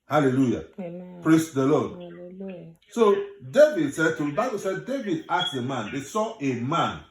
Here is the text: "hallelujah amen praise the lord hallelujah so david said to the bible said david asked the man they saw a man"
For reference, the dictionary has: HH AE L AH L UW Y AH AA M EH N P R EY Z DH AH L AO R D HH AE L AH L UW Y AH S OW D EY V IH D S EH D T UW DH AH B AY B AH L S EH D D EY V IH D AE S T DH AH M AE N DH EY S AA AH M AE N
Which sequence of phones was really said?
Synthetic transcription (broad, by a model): HH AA L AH L UW Y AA P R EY S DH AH L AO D S OW D EY V IH D S EH D T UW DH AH B AY B AH L S EH D D EY V IH D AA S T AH M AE N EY S AA AH M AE N